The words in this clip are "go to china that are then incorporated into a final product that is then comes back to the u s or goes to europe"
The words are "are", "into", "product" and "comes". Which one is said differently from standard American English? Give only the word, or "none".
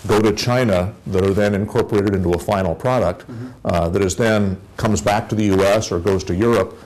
none